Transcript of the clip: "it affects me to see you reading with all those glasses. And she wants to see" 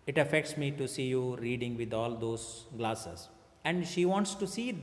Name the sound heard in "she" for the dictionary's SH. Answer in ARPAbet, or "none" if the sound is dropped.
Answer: SH